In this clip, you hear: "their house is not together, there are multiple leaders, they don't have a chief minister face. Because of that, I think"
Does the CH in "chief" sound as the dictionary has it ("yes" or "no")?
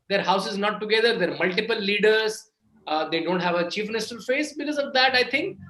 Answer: yes